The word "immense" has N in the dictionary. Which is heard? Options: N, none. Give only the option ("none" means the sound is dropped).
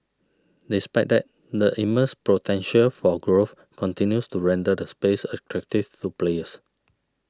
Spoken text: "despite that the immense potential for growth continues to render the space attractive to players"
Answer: none